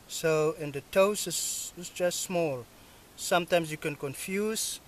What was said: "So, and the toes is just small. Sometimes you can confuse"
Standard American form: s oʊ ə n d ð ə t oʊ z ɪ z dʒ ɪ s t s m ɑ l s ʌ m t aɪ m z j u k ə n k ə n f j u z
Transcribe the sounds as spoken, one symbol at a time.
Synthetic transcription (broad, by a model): s oʊ ə n d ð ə t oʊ s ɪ s dʒ ɪ s t s m ɑ l s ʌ m t aɪ m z j u k ə n k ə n f j u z